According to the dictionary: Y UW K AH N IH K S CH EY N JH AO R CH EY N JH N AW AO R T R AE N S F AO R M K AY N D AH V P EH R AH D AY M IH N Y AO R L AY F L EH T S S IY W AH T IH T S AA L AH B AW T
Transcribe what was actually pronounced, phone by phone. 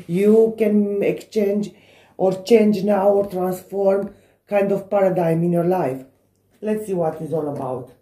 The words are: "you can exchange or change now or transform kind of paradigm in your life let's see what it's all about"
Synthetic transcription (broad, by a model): Y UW K AH N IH K S CH EY N JH AO R CH EY N JH N AW AO R T R AE N S F AO R M K AY N D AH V P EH R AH D AY M IH N Y AO R L AY F L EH T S S IY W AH T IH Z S AA L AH B AW T